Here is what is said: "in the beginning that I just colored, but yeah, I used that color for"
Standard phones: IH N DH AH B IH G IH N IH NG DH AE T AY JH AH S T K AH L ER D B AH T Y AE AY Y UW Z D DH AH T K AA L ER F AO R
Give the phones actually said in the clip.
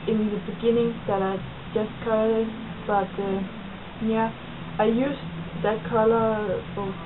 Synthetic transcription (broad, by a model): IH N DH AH B IH G IH N IH NG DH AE T AY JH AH S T K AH ER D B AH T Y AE AY Y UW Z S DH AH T K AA L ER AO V